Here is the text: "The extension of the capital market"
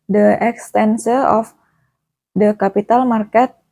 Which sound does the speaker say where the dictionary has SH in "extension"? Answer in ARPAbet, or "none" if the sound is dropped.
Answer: S